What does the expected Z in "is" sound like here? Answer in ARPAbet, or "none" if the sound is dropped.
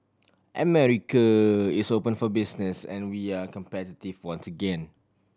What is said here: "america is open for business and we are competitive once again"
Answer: S